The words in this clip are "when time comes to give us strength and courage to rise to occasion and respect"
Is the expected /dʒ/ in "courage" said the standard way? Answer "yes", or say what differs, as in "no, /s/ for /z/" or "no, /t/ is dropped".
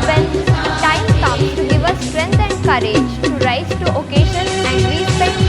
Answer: yes